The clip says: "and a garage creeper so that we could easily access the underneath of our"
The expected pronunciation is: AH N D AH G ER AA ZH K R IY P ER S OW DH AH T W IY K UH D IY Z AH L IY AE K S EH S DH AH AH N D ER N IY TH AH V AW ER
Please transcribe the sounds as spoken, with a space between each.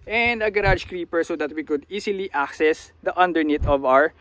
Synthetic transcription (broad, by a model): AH N D AH G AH AA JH K R IY P ER S OW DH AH T W IY K UH D IY S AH L IY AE K S EH S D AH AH N D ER N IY T AH V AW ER